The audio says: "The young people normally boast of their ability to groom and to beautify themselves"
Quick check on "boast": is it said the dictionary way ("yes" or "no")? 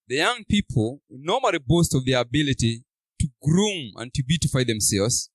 yes